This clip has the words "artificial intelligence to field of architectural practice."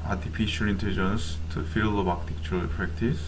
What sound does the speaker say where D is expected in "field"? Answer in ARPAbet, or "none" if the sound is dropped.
none